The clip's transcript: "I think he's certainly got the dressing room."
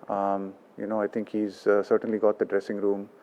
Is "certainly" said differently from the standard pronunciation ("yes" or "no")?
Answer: no